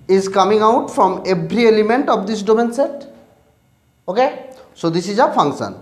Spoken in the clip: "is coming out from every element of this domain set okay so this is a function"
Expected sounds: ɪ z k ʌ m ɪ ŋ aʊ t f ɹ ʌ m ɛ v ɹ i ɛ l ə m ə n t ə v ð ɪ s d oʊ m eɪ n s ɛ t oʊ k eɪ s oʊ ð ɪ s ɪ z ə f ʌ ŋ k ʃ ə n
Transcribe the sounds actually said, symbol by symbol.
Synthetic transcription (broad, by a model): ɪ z k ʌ m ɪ ŋ aʊ t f ɹ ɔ m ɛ b ɹ i ɛ l ə m ə n t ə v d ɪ s d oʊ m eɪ n s ɛ t oʊ k eɪ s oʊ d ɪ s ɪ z ə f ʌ ŋ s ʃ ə n